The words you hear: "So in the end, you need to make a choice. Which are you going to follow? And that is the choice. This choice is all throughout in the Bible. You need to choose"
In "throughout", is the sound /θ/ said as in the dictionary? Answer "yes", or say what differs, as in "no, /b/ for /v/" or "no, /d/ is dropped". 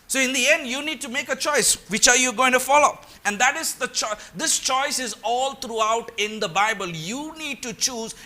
no, /t/ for /θ/